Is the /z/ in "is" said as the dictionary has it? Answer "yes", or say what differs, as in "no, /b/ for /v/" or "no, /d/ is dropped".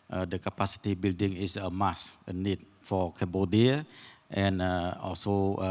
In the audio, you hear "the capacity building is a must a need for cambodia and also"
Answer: no, /s/ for /z/